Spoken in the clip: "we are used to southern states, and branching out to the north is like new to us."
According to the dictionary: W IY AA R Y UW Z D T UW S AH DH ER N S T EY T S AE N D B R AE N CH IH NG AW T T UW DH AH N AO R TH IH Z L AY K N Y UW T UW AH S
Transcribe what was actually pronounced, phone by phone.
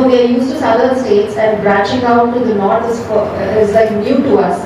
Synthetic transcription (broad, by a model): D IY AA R Y UW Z T UW S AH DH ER S T EY T S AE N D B R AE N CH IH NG AW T T UW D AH N AO R F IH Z L AY K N Y UW T UW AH S